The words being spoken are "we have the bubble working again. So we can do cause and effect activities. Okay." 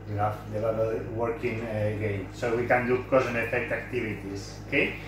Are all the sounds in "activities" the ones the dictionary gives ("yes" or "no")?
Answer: no